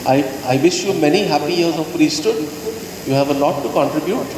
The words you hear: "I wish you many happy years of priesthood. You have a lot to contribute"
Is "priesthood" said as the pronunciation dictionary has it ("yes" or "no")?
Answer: no